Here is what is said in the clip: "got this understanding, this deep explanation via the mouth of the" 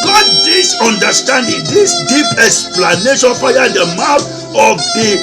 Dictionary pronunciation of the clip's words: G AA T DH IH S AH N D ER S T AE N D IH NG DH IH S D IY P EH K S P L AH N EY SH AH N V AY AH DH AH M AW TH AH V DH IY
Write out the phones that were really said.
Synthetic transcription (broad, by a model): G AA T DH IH S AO N D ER S T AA N D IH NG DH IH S D IY P EH K S P L AH N EY SH AH N P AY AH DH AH M AW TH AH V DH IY